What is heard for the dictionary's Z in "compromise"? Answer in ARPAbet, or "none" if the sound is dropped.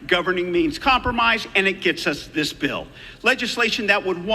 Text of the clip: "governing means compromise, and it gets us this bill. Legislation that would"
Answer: Z